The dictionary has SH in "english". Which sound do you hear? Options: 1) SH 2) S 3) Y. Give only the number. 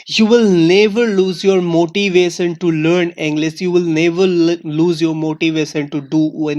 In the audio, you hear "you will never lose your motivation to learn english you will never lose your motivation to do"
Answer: 2